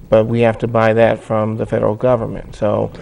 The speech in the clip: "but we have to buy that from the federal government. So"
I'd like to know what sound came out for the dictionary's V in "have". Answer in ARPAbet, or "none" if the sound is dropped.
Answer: F